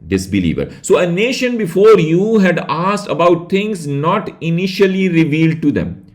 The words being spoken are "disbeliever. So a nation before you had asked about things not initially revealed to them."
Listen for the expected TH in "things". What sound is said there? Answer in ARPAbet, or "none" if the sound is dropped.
T